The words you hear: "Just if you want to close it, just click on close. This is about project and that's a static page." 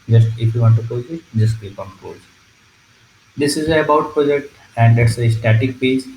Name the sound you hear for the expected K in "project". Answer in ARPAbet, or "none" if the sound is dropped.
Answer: K